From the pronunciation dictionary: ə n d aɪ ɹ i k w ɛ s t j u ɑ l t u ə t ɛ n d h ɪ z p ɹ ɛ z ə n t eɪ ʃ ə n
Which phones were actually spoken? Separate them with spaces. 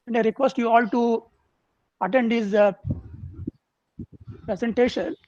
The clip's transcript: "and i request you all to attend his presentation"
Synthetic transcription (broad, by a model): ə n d aɪ ɹ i k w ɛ s t j u ɑ l t u ə t ɛ n d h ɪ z p ɹ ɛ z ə n t eɪ ʃ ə n